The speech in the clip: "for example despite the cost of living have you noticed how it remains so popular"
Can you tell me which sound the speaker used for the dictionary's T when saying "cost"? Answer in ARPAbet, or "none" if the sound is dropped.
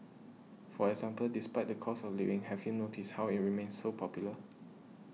none